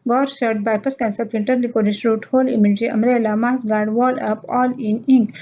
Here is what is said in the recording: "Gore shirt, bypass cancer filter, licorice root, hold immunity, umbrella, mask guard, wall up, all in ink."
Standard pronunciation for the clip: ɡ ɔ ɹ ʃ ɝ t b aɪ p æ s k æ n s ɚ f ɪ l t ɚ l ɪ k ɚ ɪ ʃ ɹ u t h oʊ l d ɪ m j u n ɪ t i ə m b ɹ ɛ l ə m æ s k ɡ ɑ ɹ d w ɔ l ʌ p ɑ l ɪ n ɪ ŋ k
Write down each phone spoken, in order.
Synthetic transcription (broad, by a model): ɡ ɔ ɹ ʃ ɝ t b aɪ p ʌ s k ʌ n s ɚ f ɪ n t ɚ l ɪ k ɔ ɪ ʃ ɹ u t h oʊ l ɪ m j u n ɪ t i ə m ɹ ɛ l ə m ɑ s ɡ ɑ ɹ d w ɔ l ʌ p ɑ l ɪ n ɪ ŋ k